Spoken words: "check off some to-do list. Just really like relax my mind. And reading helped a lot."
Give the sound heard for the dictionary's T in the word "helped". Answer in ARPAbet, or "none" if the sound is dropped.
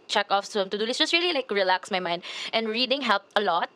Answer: none